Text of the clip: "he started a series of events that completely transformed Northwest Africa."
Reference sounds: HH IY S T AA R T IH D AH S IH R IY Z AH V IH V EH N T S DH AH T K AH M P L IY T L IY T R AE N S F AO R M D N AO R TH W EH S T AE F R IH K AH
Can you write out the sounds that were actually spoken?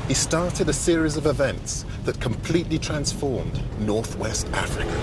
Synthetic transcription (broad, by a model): HH IY S T AA R T IH D AH S IH R IY Z AH V IH V EH N T S DH AH T K AH M P L IY T L IY T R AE N S F AO R M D N AO R TH W EH S T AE F R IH K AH